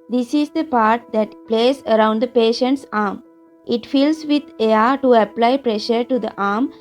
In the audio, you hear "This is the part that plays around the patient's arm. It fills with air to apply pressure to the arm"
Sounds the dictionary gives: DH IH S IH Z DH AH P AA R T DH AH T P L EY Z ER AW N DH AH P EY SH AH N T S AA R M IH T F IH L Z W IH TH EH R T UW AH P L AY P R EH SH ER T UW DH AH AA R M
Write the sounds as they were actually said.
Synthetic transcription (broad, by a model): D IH S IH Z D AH P AA R T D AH T P L EY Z ER AW N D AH P EY SH AH N T S AA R M IH T F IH L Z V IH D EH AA T UW AH P L AY P R EH SH ER T UW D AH AA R M